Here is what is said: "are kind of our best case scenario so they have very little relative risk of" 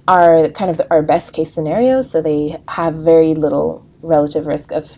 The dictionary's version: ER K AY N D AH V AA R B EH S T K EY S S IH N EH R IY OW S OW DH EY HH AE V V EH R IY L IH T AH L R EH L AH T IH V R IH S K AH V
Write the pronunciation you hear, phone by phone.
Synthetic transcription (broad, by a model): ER K AY N D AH V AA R B EH S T K EY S S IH N EH R IY OW S OW DH EY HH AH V V EH R IY L IH T L R EH L AH T IH V R IH S K AH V